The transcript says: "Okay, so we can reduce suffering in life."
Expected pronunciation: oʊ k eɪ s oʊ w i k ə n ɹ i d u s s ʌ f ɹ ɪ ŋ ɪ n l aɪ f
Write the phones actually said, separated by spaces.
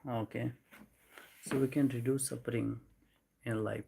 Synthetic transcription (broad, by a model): oʊ k eɪ s oʊ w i k ə n ɹ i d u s s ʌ p ɹ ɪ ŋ ɪ n l aɪ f